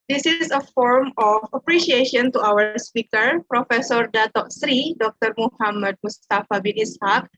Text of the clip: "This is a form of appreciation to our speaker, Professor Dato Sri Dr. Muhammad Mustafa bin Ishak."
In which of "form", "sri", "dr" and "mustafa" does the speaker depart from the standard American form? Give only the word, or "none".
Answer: none